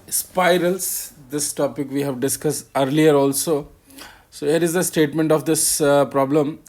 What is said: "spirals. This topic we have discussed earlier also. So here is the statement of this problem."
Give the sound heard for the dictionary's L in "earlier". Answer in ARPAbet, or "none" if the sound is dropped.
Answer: L